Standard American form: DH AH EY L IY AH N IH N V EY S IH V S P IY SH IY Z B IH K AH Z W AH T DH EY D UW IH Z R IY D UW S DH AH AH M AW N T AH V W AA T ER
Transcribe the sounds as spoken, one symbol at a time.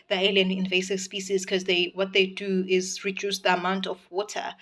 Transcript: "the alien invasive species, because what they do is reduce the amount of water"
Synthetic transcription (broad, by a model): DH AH EY L IY AH N IH N V EY S IH V S P IY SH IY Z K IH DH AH W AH T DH EY D UW IH Z R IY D UW S DH AH AH M AW N T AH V W AA T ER